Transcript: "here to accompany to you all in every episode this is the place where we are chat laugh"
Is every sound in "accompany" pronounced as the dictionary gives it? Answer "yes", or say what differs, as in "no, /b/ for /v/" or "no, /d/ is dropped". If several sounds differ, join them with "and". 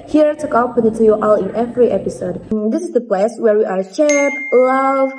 no, /m/ is dropped